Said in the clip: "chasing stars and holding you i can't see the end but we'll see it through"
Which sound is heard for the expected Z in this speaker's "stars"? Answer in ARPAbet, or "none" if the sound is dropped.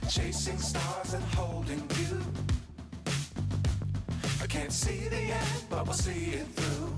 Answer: Z